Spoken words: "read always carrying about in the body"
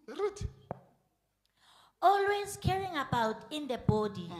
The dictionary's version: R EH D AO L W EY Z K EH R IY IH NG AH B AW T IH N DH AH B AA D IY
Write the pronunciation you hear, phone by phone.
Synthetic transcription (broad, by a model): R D AO L W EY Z K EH R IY NG AH B AW T IH N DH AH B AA D IY